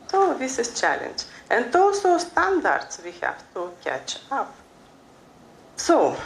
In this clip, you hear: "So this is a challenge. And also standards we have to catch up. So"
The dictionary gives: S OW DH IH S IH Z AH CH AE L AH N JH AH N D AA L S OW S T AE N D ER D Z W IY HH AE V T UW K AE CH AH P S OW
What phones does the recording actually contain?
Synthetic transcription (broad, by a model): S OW DH IH S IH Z CH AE L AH N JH AH N D AA L S OW S T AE N D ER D S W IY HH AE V T UW K AE CH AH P S OW